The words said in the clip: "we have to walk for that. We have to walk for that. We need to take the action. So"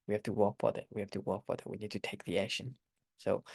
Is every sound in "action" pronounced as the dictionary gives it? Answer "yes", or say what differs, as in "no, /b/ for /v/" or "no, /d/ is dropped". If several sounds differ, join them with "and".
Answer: no, /k/ is dropped